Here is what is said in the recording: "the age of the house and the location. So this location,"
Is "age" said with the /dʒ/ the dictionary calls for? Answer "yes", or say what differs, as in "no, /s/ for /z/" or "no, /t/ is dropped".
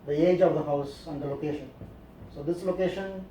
yes